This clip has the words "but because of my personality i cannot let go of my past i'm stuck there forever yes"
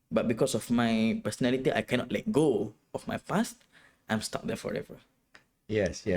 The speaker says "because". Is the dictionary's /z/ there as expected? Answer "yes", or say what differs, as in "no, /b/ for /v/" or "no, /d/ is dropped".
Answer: no, /s/ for /z/